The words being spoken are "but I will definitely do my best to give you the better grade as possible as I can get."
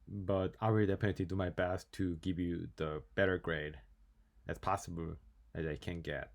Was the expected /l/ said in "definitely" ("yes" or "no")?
no